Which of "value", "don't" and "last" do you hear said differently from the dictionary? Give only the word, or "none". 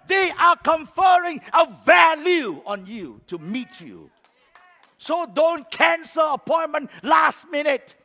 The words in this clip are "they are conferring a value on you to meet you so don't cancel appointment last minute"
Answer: none